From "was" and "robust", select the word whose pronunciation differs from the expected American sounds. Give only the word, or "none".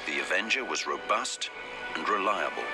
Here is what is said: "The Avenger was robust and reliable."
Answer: none